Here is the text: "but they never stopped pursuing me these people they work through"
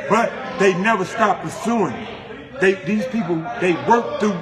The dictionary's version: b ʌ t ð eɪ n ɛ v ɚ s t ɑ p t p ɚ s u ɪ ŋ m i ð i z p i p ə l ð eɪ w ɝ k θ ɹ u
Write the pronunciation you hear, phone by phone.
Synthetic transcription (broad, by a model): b ʌ t ð eɪ n ɛ v ɚ s t ɑ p p ɚ s u ɪ ŋ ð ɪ ð i z p i p l ð eɪ w ɝ k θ ɹ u